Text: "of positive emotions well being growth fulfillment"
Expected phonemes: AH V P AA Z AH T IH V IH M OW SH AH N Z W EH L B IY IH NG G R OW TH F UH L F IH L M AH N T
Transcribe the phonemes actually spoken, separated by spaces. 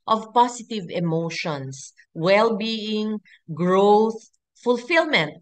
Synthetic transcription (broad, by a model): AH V P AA S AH T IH V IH M OW SH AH N S W EH L B IY IH NG G R OW TH F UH L F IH L M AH N T